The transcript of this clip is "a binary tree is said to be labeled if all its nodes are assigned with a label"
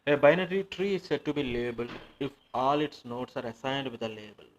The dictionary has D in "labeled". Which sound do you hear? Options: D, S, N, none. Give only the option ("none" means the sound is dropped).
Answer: none